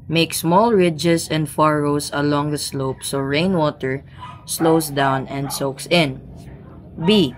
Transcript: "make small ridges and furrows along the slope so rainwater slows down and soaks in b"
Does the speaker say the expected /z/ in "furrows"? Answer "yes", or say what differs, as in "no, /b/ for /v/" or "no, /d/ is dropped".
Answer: no, /s/ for /z/